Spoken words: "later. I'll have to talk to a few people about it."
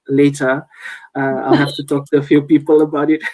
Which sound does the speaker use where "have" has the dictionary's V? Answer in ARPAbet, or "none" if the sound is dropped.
F